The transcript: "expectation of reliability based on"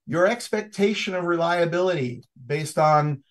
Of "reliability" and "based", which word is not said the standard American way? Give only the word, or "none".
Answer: none